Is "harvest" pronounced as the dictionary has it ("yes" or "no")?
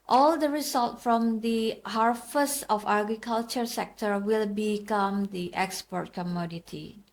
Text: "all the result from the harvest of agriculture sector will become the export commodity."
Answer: no